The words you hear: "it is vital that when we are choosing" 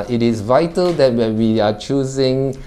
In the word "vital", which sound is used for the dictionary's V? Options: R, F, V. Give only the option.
V